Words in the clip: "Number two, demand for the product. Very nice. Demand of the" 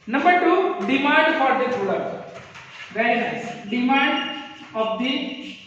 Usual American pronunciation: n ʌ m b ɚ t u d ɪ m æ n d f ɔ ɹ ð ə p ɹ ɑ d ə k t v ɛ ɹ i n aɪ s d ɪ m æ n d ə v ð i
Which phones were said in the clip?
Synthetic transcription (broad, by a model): n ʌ m b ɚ t u d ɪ m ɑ n d f ɔ ɹ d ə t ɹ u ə t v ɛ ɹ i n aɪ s d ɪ m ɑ n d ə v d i